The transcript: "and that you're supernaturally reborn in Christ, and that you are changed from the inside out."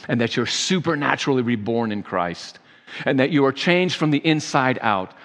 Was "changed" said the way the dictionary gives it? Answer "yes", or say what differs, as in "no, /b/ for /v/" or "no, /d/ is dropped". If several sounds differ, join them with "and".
yes